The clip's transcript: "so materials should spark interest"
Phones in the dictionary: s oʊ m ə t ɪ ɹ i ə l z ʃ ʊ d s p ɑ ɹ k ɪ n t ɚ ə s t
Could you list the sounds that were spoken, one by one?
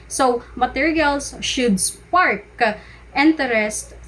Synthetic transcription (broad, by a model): s oʊ m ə t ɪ ɹ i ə l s ʃ ʊ d s p ɑ ɹ k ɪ n t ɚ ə s t